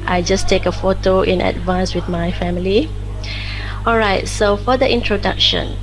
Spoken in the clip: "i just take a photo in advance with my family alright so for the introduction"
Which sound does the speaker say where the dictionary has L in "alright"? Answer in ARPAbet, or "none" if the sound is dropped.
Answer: L